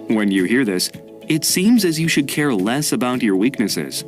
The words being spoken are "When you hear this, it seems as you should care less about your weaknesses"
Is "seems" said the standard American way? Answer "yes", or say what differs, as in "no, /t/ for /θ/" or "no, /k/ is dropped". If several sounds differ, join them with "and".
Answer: yes